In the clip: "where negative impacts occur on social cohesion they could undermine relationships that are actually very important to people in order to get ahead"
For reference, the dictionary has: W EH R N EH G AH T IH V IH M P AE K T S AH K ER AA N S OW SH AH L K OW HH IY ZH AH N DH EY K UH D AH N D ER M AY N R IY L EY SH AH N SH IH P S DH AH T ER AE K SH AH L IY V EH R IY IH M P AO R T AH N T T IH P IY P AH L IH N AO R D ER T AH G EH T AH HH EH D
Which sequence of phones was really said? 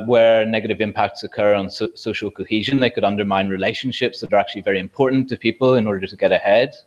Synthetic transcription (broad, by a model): W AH R N EH G AH T IH V IH M P AE K T S AH K ER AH N S OW SH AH L K OW HH IY ZH AH N DH EY K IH D AH N D ER M AY N R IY L EY SH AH N SH IH P S DH AH T ER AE K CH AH L IY V EH R IY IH M P AO R T N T T IH P IY P AH L IH N AO R D ER T AH G EH T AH HH EH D